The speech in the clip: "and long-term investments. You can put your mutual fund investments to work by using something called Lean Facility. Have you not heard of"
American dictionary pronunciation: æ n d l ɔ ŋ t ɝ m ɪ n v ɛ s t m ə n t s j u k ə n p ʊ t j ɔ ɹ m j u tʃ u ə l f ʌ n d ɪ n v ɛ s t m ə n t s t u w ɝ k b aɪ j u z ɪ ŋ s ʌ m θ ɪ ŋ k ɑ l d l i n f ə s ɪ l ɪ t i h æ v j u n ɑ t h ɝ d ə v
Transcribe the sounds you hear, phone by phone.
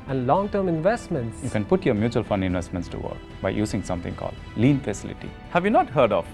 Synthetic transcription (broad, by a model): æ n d l ɔ ŋ t ɝ m ɪ n v ɛ s t m ə n t s j u k ə n p ʊ t j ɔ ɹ m j u tʃ u ə l f ʌ n d ɪ n v ɛ s t m ə n t s t u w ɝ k b aɪ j u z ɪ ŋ s ʌ m t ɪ ŋ k ɑ l d l i n f ə s ɪ l ɪ t i h æ v j u n ɑ t h ɝ d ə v